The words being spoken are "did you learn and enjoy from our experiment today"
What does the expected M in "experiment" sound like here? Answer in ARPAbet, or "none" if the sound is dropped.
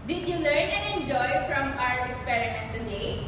none